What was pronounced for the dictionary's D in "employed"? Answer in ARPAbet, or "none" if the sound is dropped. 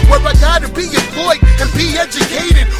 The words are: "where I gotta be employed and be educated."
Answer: none